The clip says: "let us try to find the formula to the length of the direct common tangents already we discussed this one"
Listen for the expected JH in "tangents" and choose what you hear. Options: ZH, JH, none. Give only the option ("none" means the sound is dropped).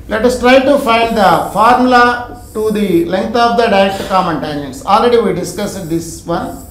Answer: none